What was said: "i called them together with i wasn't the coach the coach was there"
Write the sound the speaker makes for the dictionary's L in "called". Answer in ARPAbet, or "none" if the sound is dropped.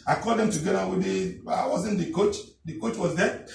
none